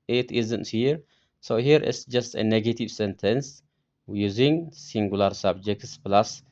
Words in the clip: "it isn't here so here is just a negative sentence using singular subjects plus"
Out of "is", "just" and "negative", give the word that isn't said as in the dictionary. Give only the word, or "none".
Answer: is